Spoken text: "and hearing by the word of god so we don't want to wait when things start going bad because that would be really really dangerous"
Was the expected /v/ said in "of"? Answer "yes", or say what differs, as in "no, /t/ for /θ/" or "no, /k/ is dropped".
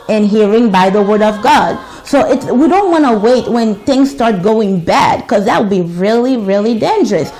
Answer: yes